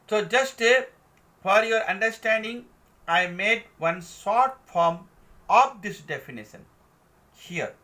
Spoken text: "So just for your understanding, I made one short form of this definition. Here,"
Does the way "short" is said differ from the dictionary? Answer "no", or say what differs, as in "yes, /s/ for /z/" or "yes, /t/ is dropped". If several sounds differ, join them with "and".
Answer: yes, /s/ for /ʃ/